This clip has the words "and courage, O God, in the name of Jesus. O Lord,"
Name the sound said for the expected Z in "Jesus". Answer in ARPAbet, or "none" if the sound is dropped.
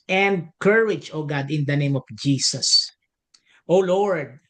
S